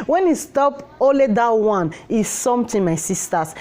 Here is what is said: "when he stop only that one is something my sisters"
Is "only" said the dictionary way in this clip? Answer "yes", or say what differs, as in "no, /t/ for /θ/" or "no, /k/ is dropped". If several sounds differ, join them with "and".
no, /n/ is dropped